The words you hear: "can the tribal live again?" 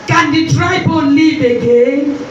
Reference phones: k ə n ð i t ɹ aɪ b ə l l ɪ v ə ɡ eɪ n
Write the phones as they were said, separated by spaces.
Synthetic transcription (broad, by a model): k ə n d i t ɹ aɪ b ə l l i b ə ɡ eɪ